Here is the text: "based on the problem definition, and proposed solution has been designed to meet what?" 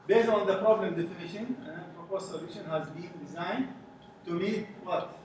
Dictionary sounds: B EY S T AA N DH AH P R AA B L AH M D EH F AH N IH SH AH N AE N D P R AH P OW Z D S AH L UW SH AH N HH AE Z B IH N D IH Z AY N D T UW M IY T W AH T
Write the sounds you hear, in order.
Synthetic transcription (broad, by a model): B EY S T AA N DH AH P R AA B L AH M D EH F AH N IH SH AH N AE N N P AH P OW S S AH L UW SH AH N HH AE Z B IH N D IH Z AY N D T UW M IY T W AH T